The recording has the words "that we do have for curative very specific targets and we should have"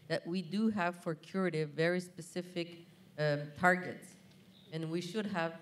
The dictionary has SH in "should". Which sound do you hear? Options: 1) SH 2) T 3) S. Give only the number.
1